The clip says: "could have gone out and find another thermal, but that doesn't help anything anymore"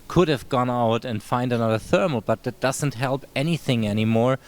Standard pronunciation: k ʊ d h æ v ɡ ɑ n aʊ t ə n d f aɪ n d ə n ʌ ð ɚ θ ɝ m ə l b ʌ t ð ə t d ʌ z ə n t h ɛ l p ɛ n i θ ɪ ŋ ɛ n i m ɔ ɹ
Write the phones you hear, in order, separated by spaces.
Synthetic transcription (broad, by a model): k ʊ d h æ v ɡ ɑ n aʊ t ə n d f aɪ n d ə n ʌ ð ɚ θ ɝ m l b ʌ t ð ə t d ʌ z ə n t h ɛ l p ɛ n i θ ɪ ŋ ɛ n i m ɔ ɹ